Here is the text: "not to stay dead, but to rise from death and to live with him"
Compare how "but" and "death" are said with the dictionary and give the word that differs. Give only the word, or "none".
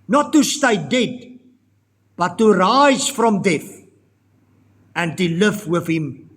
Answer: death